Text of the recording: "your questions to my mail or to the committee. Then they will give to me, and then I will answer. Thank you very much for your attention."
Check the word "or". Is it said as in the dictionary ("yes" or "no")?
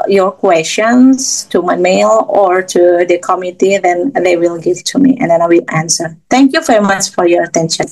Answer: yes